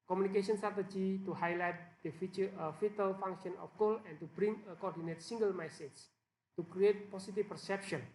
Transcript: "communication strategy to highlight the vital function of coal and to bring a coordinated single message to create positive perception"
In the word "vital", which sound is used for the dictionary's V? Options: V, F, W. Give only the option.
F